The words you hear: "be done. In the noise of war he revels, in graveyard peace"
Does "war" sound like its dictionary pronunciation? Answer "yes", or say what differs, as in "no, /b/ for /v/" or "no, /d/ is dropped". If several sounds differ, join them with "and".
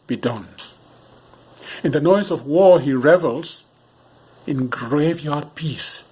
yes